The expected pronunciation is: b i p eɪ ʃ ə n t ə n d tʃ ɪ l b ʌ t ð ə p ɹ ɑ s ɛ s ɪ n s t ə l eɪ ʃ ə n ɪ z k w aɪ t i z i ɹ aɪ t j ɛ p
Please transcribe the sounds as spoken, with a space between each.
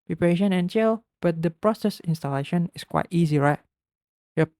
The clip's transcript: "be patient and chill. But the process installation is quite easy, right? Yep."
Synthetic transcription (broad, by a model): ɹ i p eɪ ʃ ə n ə n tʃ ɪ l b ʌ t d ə p ɹ ɑ s ɛ s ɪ n s t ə l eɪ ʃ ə n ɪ s k w aɪ t i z i ɹ aɪ t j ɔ